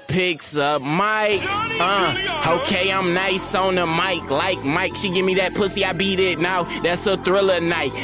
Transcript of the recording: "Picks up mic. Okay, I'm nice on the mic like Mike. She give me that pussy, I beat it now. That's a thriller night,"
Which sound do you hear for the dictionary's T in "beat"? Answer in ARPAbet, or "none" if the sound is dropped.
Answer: T